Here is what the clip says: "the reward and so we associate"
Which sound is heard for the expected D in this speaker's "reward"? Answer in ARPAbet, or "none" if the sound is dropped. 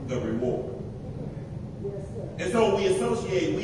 none